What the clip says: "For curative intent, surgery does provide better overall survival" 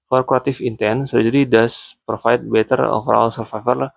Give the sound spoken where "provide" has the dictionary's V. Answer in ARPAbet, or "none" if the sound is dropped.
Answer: F